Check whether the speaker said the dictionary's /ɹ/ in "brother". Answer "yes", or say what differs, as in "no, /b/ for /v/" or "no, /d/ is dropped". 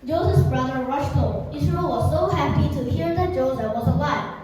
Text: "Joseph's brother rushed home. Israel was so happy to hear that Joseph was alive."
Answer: yes